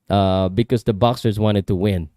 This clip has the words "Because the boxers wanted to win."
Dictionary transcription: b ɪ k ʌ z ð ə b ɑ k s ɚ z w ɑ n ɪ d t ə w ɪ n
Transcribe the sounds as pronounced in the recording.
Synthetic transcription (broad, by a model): b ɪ k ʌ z ð ə b ɑ k s ɚ z w ɑ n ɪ d t ə w ɪ n